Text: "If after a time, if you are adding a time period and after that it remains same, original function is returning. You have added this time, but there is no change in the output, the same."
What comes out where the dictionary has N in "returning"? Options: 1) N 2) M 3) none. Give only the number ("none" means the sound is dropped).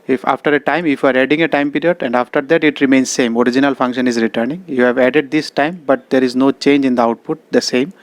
1